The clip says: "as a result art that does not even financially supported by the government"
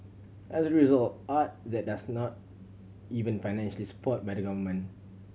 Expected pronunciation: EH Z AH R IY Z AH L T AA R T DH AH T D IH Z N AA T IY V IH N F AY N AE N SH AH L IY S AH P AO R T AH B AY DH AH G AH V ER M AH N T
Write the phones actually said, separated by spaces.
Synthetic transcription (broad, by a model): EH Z AH R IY Z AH L T AA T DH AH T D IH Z N AA T IY V IH N F AY N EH N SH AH L IY S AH P AO T B AY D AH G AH V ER M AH N